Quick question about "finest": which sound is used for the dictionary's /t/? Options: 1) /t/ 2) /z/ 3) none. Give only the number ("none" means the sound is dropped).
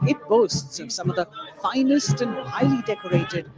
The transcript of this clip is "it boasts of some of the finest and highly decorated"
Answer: 1